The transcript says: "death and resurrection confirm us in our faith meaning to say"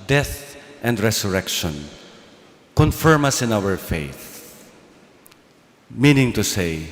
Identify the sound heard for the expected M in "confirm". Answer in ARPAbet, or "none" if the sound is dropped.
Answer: M